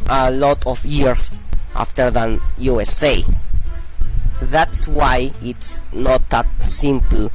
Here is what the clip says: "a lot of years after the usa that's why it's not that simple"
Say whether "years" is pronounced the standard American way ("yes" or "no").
no